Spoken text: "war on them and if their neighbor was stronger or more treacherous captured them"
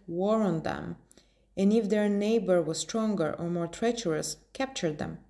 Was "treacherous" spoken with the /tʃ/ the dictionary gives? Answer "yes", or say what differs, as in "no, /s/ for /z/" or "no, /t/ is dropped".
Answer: yes